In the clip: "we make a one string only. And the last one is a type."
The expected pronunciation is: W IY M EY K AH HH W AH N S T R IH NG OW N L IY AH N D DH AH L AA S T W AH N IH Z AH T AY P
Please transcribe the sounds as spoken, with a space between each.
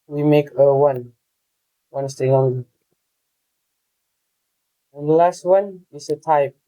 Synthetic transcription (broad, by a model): W IY M EY K AH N W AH N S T IH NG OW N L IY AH N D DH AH L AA S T W AH N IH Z AH T AY P